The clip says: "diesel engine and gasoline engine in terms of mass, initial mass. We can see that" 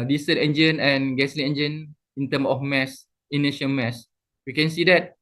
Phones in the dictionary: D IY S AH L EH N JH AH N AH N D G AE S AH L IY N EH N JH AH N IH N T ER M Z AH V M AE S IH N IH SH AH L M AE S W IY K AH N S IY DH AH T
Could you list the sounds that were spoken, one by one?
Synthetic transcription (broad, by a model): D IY S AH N EH N JH AH N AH N G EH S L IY EH N JH AH N IH N T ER M AH F M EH S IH N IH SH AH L M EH S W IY K AH N S IY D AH T